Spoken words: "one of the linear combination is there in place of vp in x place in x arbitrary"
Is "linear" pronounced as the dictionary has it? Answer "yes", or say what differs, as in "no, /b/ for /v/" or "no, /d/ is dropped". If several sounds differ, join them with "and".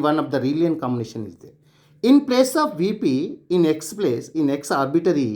no, /l/ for /n/